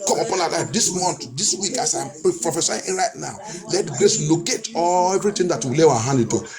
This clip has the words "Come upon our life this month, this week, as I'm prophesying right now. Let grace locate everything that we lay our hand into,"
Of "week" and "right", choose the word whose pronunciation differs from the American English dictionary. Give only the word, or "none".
none